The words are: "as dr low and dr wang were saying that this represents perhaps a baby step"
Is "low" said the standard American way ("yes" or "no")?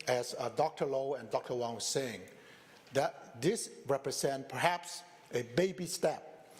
yes